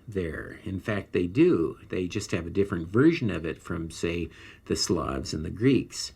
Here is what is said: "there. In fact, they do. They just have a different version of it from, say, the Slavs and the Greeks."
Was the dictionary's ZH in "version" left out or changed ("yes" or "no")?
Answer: no